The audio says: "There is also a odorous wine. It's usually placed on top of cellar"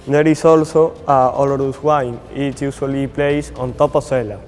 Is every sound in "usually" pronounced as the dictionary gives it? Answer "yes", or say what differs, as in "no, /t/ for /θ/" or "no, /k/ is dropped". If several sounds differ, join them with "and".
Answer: no, /s/ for /ʒ/